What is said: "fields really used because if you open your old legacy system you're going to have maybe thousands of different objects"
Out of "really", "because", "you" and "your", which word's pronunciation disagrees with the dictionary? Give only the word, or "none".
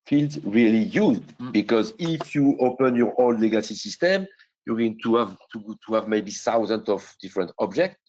none